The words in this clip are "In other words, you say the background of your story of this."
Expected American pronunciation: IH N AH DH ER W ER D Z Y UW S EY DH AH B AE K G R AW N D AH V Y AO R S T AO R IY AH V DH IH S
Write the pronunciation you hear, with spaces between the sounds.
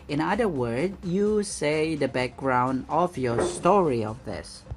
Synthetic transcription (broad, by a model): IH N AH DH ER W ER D Y UW S EY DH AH B AE K G R AW N D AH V Y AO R S T AO R IY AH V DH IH S